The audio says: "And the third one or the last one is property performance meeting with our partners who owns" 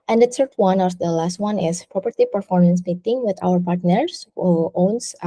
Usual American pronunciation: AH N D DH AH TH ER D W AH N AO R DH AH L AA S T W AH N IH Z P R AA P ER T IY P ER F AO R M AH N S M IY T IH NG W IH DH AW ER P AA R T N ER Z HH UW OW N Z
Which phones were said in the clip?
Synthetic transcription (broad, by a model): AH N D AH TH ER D W AH N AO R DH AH L AA S T W AH N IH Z P R AA P ER T IY P ER F AO R M AH N S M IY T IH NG W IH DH AW ER P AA R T N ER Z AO OW N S